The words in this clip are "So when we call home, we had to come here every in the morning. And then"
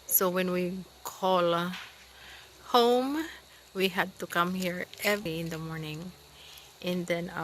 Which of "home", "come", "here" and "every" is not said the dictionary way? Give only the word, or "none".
every